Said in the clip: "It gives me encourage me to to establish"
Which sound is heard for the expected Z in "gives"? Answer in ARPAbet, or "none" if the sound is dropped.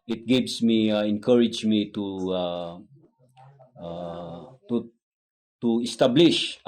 S